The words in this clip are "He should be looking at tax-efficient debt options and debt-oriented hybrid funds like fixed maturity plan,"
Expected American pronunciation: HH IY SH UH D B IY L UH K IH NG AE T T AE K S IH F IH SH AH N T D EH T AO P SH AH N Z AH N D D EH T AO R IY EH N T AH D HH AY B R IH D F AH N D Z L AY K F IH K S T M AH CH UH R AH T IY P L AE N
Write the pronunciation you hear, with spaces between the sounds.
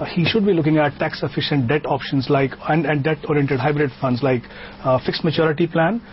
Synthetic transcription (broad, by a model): HH IY SH UH D B IY L UH K IH NG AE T T AE K S IH F IH SH AH N T D EH T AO P SH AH N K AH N D D EH T AO R IY EH N T AH D HH AY B R IH D F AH N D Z L AY K F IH K S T M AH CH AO R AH T IY P L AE N